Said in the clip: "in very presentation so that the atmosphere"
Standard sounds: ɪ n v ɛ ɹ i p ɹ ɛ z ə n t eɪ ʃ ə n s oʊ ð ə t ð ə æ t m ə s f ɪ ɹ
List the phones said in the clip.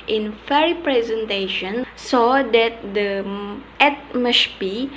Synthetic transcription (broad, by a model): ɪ n f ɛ ɹ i p ɹ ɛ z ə n t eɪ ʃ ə n s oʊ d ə t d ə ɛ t m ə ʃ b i